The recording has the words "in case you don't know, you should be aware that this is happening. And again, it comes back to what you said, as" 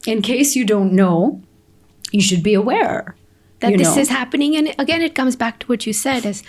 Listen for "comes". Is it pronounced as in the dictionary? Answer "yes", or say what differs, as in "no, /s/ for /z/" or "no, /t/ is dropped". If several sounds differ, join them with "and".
yes